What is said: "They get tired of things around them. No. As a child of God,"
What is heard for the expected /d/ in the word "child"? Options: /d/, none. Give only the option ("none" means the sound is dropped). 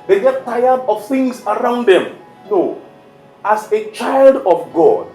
/d/